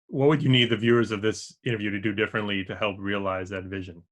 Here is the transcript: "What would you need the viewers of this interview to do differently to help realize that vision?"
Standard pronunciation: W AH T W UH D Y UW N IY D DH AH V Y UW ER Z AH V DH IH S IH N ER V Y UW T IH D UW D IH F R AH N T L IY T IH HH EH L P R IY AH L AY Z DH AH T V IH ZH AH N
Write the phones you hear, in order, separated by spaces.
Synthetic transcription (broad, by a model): W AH T W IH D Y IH N IY D DH AH V Y UW ER Z AH V DH IH S IH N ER V Y UW T IH D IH D IH F R AH N T L IY T IH HH EH L P R IY AH L AY Z DH AH T V IH ZH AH N